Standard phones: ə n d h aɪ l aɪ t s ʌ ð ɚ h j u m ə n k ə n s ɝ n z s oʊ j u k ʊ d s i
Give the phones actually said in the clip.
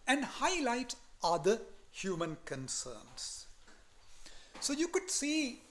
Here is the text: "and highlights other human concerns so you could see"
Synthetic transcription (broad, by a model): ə n d h aɪ l aɪ t ʌ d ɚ h j u m ə n k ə n s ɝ n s s oʊ j u k ʊ d s i